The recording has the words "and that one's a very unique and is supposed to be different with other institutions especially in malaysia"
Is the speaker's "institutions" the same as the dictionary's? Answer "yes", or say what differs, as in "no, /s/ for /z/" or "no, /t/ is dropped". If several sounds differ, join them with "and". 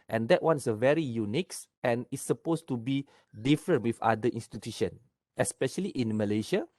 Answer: no, /z/ is dropped